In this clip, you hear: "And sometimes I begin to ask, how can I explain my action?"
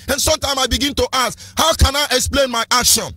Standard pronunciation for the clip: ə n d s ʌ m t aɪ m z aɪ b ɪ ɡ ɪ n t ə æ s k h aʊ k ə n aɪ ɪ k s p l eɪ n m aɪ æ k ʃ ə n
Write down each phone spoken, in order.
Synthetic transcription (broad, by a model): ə n s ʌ m t aɪ m s aɪ b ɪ ɡ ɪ n t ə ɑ s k h aʊ k ə n aɪ ɪ k s p l eɪ n m aɪ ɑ k ʃ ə n